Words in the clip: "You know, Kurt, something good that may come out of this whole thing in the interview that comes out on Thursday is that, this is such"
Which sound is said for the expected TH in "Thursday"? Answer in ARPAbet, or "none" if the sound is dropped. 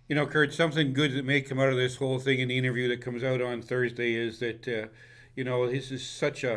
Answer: TH